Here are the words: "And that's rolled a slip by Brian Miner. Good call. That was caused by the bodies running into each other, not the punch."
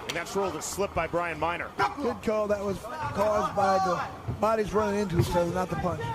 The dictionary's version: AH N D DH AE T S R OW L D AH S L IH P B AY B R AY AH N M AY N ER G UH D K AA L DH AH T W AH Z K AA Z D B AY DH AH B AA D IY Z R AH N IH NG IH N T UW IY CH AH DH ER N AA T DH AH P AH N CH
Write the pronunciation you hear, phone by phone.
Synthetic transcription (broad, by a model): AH N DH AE T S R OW L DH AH S L IH P B AY B R AY AH N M AY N ER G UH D K AA L DH AH T W AH Z K AA Z B AY DH AH B AA D IY Z R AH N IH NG IH N T UW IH S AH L N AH T DH AH P AH N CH